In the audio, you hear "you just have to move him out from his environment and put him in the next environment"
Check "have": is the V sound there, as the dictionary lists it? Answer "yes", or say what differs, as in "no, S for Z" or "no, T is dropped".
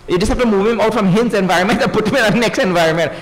no, P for V